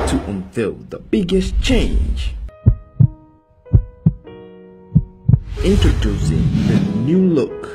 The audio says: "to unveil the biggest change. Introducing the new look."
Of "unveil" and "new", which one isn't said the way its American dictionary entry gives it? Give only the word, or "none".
unveil